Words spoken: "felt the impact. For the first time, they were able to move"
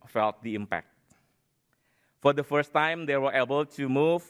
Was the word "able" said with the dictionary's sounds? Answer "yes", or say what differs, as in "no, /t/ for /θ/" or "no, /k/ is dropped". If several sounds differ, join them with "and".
yes